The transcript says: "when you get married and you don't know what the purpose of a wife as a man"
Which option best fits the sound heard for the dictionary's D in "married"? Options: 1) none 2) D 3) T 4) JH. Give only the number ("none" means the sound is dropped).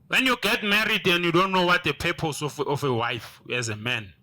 2